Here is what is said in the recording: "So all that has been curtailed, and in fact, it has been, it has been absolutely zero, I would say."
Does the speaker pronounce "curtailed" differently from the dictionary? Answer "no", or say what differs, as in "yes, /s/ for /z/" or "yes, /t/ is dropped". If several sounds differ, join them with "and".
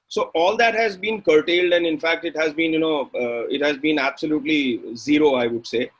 no